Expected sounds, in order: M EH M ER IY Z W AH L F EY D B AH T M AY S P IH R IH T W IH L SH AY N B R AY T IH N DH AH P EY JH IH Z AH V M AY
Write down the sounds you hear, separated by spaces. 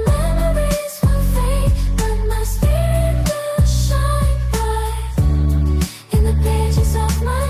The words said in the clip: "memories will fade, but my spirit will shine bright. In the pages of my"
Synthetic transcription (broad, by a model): M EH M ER IY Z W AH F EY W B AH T M AY S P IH R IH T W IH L SH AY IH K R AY IH N DH AH P EY JH IH Z AH V M AY